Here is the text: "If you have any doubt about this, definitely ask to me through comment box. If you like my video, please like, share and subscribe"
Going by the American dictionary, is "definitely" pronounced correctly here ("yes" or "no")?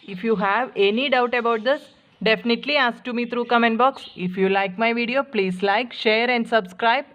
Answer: yes